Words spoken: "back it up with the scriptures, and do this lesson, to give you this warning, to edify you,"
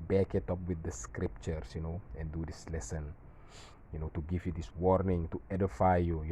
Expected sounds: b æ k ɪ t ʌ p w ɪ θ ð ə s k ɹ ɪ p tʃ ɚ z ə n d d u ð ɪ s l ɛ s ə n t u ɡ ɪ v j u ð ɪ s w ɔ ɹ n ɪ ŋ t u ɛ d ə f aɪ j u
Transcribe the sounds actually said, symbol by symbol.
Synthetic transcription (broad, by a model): b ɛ k ɪ t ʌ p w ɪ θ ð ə s k ɹ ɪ p tʃ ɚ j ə n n d u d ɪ s l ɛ s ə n t u ɡ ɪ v j u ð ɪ s w ɔ ɹ n ɪ ŋ t u ɛ d ə f aɪ j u